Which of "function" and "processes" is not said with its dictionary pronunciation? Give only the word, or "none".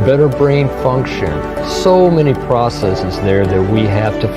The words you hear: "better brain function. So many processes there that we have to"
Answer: none